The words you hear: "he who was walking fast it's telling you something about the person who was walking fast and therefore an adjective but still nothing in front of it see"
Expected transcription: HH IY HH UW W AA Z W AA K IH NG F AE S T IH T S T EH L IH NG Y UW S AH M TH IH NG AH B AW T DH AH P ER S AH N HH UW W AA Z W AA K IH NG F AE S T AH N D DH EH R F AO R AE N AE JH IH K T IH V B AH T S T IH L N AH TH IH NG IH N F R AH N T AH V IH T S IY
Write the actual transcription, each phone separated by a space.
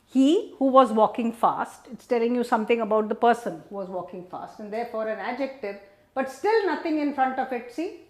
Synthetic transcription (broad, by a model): HH IY HH UW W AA Z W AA K IH NG F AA S T IH T S T EH L IH NG Y UW S AH M T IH NG AH B AW T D AH P ER S AH N HH UW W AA Z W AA K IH NG F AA S T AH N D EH R F AO R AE N AE JH IH K T IH V B AH T S T IH L N AH T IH NG IH N F R AH N T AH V IH T S IY